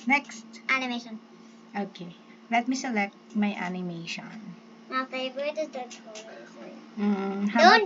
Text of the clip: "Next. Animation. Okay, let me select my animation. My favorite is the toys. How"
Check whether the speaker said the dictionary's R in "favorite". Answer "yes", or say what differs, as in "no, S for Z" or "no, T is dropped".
no, R is dropped